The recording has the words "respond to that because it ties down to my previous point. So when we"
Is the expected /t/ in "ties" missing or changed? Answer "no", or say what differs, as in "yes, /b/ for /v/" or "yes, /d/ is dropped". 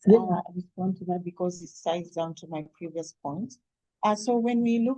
yes, /s/ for /t/